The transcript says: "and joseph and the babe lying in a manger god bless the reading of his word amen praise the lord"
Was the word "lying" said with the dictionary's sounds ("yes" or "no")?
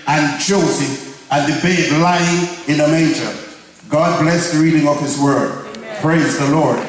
yes